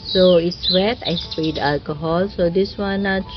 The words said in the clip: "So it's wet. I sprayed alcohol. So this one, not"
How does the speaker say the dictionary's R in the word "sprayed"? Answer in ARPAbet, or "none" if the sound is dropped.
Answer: none